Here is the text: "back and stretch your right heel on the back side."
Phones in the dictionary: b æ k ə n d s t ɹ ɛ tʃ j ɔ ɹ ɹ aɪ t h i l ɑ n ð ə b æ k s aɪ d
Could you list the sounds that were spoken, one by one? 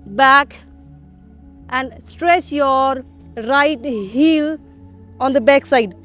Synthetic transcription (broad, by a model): b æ k ə n d s t ɹ ɛ tʃ j ɔ ɹ ɹ aɪ t h i l ɑ n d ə b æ k s aɪ d